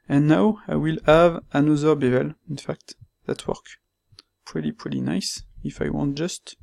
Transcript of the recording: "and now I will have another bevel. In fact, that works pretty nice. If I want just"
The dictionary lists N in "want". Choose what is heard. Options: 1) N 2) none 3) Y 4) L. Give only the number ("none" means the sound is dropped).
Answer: 1